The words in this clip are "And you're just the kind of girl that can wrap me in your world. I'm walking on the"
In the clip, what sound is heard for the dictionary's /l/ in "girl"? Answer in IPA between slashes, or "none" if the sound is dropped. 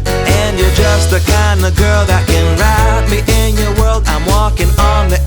/l/